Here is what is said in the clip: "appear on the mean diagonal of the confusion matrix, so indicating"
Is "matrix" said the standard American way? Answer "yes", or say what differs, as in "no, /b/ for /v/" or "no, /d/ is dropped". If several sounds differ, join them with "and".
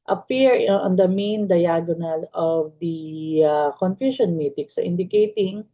no, /ɹ/ is dropped